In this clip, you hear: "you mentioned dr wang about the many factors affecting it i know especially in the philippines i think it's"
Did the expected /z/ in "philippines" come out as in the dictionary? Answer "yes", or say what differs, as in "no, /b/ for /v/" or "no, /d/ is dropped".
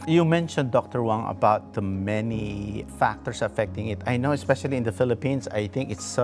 no, /s/ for /z/